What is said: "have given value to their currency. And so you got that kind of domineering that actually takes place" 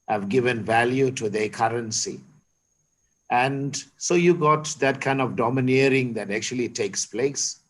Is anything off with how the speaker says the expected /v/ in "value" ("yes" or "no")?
no